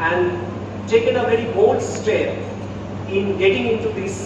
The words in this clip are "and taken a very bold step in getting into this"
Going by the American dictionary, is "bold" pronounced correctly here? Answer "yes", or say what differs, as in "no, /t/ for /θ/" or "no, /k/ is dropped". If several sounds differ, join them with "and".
no, /l/ is dropped